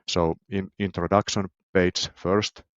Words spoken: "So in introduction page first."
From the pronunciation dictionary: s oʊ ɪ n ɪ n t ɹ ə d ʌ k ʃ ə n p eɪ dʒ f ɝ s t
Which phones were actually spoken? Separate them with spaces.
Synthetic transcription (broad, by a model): s oʊ ɪ n ɪ n t ɹ ə d ʌ k ʃ ə n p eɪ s f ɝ s t